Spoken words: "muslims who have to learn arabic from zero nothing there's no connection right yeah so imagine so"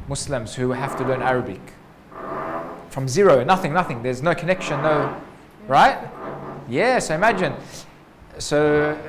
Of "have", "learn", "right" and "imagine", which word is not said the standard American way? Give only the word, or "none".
have